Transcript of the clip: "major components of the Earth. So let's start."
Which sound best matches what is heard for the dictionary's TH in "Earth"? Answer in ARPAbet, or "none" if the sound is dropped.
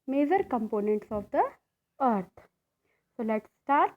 T